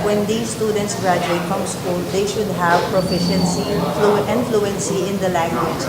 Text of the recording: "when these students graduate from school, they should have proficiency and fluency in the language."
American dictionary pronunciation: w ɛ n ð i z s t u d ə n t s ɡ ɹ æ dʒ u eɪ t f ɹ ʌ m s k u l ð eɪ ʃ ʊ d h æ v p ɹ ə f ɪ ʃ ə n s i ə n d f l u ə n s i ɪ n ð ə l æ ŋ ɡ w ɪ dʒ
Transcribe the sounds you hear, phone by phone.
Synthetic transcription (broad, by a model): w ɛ n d i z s t u d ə n t s ɡ ɹ æ dʒ u eɪ t f ɹ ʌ m s k u l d eɪ ʃ ʊ d h æ v p ɹ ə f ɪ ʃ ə n s i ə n f l u ə n s i ɪ n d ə l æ ŋ ɡ w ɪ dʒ